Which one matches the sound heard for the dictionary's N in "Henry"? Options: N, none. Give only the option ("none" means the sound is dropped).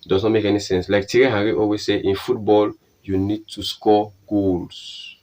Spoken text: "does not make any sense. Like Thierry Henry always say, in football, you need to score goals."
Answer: none